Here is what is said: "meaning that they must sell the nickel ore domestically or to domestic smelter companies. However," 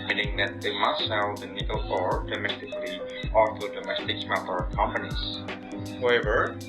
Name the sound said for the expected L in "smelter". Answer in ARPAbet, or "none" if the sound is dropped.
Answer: none